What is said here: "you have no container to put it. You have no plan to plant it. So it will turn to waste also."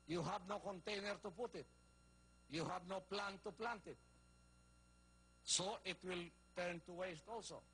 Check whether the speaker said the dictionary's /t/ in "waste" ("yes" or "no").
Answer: yes